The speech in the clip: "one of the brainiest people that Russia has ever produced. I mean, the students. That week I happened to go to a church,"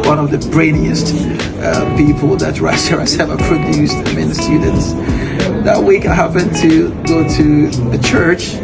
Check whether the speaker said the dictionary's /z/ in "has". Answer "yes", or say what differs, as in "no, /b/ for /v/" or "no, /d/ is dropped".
no, /s/ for /z/